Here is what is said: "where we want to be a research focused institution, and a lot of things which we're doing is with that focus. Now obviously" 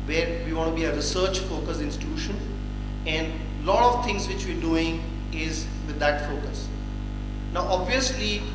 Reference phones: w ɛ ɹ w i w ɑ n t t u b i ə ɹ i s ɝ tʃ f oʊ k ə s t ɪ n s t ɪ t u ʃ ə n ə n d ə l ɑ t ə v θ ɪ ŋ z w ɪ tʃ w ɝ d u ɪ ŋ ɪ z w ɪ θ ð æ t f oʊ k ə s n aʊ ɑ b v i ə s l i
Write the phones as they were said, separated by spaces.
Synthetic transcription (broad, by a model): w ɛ ɹ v i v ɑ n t t u b i ə ɹ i s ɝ tʃ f oʊ k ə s ɪ n s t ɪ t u ʃ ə n ə n d l ɑ t ə v t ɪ ŋ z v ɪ tʃ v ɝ d u ɪ ŋ ɪ z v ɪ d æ t f oʊ k ə s n aʊ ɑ b v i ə s l i